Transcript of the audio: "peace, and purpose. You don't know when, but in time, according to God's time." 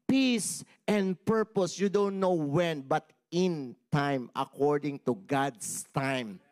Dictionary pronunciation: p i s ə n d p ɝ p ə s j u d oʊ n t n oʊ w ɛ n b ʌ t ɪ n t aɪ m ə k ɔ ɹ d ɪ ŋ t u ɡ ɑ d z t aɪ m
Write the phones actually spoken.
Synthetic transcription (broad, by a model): p i s ə n d p ɝ p ə s j u d oʊ n t n oʊ w ɛ n b ʌ t ɪ n t aɪ m ə k ɔ ɹ d ɪ ŋ t u ɡ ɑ d s t aɪ m